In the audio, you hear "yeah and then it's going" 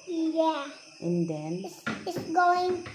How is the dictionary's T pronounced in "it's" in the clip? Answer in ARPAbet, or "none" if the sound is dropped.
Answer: S